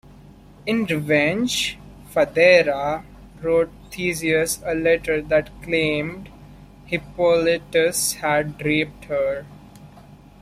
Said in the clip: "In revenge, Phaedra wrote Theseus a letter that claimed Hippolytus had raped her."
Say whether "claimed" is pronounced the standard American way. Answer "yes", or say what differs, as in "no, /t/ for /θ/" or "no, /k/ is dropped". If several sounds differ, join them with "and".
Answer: yes